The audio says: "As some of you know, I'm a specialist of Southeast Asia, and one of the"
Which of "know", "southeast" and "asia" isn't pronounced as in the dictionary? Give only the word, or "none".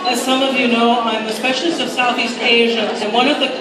none